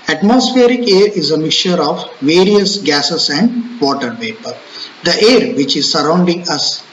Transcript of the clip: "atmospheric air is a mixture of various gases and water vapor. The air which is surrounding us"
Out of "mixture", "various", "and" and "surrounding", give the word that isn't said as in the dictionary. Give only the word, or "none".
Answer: mixture